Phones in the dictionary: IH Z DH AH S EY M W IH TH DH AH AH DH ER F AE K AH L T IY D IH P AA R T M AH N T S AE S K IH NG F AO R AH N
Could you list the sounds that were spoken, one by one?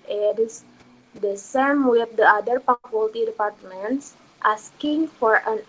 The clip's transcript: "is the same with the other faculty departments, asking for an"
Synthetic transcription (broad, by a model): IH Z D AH S EY M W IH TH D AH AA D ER P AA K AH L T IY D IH P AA R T M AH N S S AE S K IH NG F AO R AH N